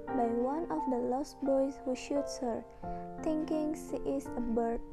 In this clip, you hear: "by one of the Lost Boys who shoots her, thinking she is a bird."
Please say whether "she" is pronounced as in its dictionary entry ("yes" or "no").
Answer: no